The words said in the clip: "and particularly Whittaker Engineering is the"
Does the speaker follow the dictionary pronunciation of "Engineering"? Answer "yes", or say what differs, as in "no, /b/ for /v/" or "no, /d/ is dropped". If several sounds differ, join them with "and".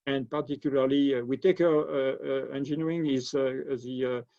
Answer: no, /ɹ/ is dropped